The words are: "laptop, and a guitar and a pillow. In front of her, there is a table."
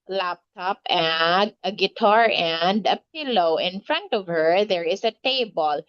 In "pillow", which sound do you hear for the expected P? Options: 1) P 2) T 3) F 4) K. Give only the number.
1